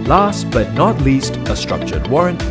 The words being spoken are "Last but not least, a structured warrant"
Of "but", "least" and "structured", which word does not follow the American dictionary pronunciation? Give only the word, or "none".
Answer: none